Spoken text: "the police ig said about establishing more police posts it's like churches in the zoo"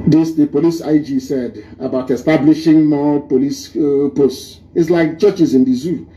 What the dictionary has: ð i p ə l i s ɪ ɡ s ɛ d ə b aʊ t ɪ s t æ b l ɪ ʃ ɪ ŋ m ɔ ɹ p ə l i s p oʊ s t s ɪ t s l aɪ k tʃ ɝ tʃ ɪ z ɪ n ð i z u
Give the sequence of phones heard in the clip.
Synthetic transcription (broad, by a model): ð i p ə l i s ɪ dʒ s ɛ d ə b aʊ t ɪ s t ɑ b l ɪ ʃ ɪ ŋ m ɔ p ə l i s p oʊ s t ɪ t s l aɪ k tʃ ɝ tʃ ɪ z ɪ n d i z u